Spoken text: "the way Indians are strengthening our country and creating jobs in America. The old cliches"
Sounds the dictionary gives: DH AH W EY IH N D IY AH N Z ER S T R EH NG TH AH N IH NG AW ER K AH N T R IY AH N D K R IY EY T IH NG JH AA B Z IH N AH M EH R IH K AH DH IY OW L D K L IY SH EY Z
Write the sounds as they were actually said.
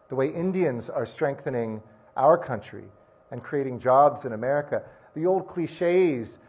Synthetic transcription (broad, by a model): DH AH W EY IH N D IY AH N Z ER S T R EH NG TH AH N IH NG AW ER K AH N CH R IY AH N K R IY EY T IH NG JH AA B Z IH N AH M EH R IH K AH DH IY OW L D K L IY SH EY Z